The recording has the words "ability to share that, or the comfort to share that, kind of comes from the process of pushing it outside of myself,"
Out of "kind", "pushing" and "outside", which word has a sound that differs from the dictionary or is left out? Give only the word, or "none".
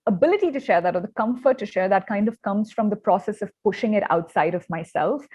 none